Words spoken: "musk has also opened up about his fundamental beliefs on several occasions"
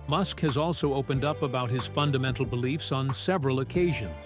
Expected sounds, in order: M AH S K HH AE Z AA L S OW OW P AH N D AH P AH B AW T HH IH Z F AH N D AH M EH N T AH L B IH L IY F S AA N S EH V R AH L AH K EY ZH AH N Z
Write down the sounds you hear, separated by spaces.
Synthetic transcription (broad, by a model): M AH S K HH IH Z AA L S OW OW P AH N D AH P AH B AW T HH IH Z F AH N D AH M EH N T L B IH L IY F S N S EH V R AH L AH K EY ZH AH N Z